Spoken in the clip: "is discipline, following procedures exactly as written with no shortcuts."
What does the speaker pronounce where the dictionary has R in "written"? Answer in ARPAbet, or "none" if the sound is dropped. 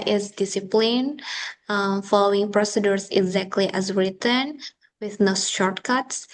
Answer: R